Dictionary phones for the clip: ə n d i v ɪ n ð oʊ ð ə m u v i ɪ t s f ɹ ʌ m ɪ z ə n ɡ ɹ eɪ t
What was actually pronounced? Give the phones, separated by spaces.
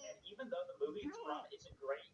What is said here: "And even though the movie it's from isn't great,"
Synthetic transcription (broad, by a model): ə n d i v ɪ n ð oʊ ð ə m u v i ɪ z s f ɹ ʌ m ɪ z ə ɡ ɹ eɪ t